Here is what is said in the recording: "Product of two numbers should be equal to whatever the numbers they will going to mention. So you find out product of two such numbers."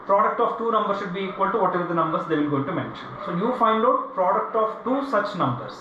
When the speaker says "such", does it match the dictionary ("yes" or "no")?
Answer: yes